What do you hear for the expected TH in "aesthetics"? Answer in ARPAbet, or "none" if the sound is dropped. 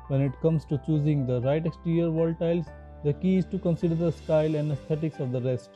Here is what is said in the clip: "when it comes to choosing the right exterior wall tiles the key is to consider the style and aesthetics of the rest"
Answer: T